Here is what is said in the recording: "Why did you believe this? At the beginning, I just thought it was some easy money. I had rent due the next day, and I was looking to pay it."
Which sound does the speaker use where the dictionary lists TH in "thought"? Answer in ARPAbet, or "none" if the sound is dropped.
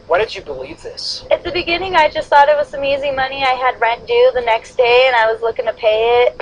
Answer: TH